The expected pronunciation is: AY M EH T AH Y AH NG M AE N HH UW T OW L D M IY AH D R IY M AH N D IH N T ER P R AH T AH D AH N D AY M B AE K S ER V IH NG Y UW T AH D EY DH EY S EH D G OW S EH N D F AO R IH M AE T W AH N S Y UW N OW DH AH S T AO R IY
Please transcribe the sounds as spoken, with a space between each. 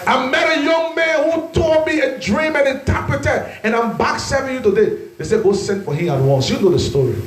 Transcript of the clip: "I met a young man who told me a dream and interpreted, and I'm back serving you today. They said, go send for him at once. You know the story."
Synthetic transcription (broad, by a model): AY M EH T AH Y AH NG M AE N HH UW T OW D M IY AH D R IY M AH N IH N T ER P R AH T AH AH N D AY M B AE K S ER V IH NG Y UW T AH D EY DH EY S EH G OW S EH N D F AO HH IH M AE T W AH N S Y UW N OW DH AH S T AO R IY